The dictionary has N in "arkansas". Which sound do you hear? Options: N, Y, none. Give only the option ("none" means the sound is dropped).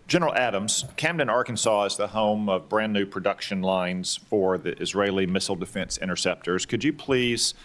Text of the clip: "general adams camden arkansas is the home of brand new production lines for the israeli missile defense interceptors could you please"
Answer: N